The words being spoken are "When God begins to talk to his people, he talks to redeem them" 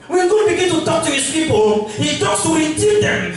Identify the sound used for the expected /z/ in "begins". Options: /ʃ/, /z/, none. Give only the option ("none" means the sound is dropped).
none